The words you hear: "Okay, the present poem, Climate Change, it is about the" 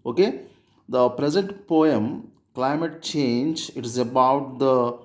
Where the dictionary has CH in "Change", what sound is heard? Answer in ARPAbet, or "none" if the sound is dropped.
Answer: CH